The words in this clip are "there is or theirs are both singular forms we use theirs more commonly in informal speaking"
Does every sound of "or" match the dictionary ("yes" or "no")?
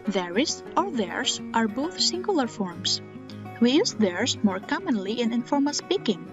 no